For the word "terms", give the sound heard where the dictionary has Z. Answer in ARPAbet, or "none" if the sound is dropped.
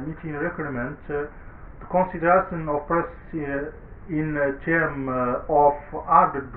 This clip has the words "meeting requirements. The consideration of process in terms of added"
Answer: none